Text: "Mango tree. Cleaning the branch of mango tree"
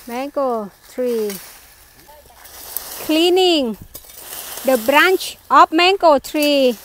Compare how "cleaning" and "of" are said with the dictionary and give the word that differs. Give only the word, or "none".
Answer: of